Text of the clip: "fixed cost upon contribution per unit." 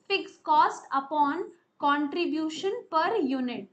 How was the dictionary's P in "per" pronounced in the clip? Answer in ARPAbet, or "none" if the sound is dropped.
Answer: P